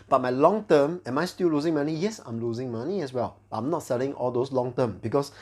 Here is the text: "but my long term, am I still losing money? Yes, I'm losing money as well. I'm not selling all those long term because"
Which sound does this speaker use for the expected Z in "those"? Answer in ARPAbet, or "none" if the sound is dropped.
S